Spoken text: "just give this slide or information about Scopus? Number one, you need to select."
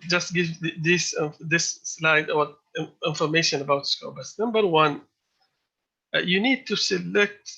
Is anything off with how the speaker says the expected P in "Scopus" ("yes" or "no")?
yes